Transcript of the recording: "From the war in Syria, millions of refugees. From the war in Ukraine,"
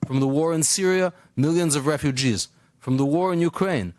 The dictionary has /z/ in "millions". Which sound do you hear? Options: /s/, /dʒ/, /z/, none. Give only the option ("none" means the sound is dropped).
/z/